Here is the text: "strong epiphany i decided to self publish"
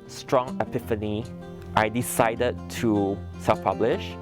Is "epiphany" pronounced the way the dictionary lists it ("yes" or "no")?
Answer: yes